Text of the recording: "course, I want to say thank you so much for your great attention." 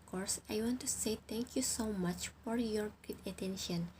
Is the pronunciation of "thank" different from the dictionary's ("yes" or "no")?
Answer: yes